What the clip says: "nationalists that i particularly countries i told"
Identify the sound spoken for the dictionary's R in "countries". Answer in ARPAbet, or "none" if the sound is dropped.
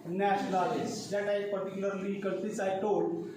none